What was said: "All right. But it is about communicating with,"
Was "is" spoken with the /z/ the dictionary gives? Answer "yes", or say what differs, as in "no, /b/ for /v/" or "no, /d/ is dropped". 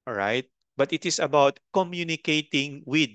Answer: no, /s/ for /z/